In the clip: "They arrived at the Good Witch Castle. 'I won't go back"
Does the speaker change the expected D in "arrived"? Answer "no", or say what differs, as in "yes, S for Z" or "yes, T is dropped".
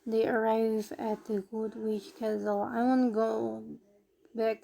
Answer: yes, D is dropped